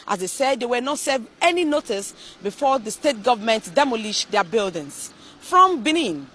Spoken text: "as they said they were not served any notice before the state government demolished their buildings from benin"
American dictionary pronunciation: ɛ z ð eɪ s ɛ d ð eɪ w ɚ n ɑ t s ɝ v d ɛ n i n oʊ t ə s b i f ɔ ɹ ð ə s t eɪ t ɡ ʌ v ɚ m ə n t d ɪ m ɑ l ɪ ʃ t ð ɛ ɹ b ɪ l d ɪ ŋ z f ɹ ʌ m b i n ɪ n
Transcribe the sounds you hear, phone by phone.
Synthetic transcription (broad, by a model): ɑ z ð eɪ s ɛ d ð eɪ w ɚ n ɑ t s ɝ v ɛ n i n oʊ t ə s b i f ɔ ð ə s t eɪ t ɡ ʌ v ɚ m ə n t d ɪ m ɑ l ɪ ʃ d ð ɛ b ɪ l d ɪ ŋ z f ɹ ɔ m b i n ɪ n